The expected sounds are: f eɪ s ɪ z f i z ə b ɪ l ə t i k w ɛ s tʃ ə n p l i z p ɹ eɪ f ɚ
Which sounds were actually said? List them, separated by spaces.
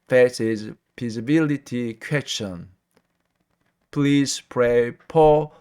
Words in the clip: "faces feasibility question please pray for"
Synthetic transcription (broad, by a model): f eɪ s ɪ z p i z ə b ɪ l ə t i k w ɛ s tʃ ə n p l i z p ɹ eɪ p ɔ